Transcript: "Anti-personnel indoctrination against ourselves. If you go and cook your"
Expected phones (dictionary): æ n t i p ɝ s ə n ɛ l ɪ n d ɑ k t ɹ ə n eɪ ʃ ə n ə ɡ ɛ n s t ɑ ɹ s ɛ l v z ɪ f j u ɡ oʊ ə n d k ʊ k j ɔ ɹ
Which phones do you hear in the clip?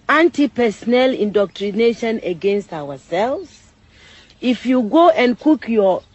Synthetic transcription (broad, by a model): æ n t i p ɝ s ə n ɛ l ɪ n d ɑ k t ɹ ə n eɪ ʃ ə n ə ɡ ɛ n s t ɑ w s ɛ l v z ɪ f j u ɡ oʊ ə n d k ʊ k j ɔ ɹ